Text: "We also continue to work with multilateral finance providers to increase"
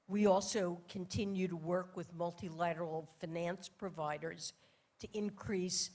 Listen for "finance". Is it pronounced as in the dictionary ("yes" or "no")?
yes